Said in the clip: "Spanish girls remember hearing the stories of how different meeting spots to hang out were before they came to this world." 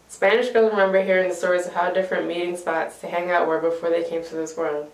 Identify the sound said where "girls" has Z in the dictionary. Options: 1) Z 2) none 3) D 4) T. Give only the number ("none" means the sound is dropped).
2